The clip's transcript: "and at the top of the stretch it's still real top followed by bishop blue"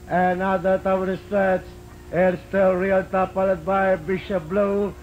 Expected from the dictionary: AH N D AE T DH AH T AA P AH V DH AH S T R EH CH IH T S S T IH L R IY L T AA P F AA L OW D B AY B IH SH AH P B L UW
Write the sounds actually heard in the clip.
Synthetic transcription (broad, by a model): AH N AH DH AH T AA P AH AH S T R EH S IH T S S T IH L R IY L T AA P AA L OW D B AY B IH SH AH P B L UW